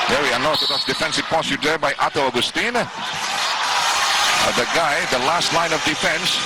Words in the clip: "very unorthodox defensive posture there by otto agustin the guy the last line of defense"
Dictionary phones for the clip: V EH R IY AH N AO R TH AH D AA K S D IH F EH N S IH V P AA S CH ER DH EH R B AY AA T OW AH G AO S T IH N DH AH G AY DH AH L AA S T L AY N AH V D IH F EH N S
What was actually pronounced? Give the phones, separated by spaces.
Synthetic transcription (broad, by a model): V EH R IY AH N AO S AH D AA S D IH F EH N S IH V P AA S ER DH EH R B AY AA T OW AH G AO S T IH N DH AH G AY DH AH L AA S T L AY N AH V D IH F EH N S